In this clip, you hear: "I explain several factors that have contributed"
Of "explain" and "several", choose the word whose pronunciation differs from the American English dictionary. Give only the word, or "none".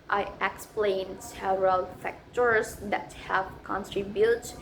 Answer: several